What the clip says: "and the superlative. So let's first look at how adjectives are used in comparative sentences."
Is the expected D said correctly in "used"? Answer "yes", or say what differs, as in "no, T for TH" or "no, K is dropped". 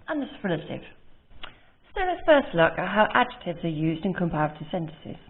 yes